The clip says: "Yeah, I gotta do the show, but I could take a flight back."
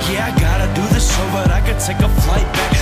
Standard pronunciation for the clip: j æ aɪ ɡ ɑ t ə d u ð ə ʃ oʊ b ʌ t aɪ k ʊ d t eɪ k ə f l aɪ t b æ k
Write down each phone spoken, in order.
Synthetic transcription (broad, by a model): j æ aɪ ɡ ɑ t ə d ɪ ð ə s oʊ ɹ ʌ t aɪ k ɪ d t eɪ k ə f l aɪ t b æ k